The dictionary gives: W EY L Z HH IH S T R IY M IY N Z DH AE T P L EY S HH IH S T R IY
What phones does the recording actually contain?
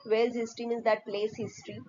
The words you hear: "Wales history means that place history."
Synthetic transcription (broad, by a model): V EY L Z HH IH S T R IY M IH Z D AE T P L EY S HH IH S T R IY